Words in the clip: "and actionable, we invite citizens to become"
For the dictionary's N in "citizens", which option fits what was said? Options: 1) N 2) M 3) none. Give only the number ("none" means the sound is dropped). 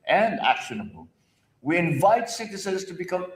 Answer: 3